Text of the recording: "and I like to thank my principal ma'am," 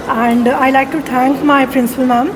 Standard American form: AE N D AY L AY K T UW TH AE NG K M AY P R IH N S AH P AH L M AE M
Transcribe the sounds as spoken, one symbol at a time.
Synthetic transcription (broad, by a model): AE N D AY L AY K T UW T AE NG K M AY P R IH N S AH P AH L M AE M